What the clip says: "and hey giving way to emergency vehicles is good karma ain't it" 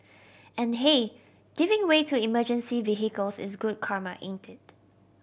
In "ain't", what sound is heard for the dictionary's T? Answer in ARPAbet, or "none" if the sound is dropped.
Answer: T